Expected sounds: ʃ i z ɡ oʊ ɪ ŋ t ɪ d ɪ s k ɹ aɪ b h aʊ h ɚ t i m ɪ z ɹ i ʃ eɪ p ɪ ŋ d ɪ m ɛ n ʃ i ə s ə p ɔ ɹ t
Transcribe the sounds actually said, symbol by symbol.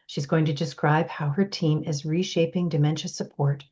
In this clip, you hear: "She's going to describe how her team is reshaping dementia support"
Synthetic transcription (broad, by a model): ʃ i z ɡ oʊ ɪ ŋ t ɪ d ɪ s k ɹ aɪ b h aʊ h ɚ t i m ɪ z ɹ i ʃ eɪ p ɪ ŋ d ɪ m ɛ n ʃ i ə s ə p ɔ ɹ t